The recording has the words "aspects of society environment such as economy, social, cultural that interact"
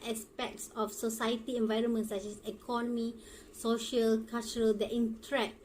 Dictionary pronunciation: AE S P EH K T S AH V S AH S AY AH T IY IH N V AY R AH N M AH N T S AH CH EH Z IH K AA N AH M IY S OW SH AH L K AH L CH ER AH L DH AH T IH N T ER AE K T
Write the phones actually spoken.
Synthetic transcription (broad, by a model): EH S P EH K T S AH F S AH S AY AH T IY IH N V AY R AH N M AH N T S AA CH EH S IH K AA N AH M IY S OW SH AH L K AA L CH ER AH L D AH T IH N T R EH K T